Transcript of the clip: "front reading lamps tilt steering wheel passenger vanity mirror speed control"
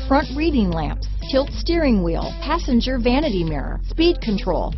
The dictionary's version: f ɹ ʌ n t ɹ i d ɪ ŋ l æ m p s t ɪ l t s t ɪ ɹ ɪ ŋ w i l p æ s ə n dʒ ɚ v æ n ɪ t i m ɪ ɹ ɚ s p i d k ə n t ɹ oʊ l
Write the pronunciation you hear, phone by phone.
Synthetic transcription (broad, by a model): f ɹ ʌ n t ɹ i d ɪ ŋ l æ m p s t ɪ l t s t ɪ ɹ ɪ ŋ w i l p æ s ə n dʒ ɚ v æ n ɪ t i m ɪ ɹ ɚ s p i d k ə n t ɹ oʊ l